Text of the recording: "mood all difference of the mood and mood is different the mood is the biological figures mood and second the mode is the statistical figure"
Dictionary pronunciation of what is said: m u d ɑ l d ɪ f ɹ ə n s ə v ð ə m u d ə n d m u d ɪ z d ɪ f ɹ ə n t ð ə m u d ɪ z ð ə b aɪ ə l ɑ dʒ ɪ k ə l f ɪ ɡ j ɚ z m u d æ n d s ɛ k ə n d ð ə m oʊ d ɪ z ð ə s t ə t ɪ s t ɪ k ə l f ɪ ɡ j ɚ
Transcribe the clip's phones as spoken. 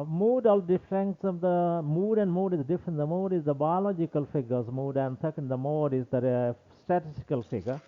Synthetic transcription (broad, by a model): m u d ɑ l d ɪ f ɹ ə n s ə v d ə m u d ə n d m u d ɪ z d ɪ f ɹ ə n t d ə m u d ɪ z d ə b aɪ ə l ɑ dʒ ɪ k ə l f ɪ ɡ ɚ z m u d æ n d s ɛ k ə n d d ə m oʊ d ɪ z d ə s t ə t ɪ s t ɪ k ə l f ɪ ɡ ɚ